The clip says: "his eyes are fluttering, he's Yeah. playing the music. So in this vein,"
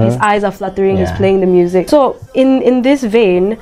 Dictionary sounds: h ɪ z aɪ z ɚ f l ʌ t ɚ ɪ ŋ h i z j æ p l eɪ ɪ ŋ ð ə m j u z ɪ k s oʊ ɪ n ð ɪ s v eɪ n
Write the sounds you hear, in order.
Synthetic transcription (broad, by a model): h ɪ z aɪ z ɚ f l ʌ t ɚ ɪ ŋ h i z p l eɪ ɪ ŋ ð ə m j u z ɪ k s oʊ ɪ n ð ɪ s v eɪ n